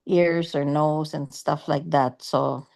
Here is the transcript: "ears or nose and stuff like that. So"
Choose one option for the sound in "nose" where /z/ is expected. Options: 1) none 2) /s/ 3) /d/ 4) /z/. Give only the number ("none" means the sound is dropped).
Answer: 2